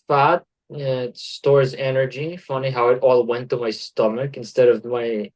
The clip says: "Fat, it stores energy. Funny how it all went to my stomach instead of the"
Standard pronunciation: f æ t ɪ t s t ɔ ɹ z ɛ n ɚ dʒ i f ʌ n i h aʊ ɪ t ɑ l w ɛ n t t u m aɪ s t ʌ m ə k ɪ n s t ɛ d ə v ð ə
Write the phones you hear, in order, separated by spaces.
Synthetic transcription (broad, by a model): f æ t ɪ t s t ɔ ɹ z ɛ n ɚ dʒ i f ʌ n i h aʊ ɪ t ɑ l w ɛ n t t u m aɪ s t ʌ m ə k ɪ n s t ɛ d ə v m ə